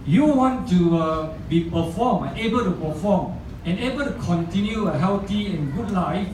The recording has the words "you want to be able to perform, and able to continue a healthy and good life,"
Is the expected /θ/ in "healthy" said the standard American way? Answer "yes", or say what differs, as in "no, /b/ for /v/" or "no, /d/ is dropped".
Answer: no, /t/ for /θ/